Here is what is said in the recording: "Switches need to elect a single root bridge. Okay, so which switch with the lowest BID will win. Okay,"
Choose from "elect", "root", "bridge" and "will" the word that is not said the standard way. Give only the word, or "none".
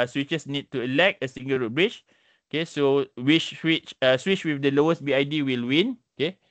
bridge